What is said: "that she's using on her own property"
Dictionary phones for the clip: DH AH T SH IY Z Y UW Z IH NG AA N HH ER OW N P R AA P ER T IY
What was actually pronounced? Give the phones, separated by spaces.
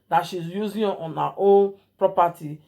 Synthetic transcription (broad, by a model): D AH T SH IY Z Y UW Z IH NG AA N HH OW L P R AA P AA T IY